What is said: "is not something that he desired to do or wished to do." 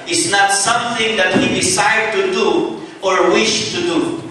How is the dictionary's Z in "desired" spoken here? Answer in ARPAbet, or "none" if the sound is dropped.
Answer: S